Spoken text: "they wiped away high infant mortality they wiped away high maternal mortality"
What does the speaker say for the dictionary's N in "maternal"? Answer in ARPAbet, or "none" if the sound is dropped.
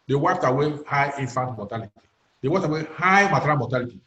none